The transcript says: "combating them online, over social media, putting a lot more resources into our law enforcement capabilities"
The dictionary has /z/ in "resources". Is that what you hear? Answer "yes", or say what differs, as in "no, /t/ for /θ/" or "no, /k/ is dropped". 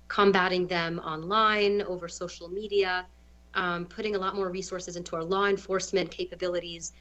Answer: yes